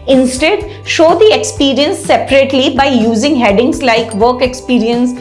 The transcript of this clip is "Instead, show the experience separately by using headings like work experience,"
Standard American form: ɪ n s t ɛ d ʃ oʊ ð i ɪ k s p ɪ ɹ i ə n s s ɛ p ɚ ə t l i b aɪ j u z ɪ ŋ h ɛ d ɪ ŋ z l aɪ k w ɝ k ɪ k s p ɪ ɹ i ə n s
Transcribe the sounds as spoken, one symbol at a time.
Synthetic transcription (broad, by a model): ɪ n s t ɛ d ʃ oʊ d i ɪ k s p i ɹ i ə n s s ɛ p ɚ ə t l i b aɪ j u z ɪ ŋ h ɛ d ɪ ŋ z l aɪ k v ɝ k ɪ k s p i ɹ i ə n s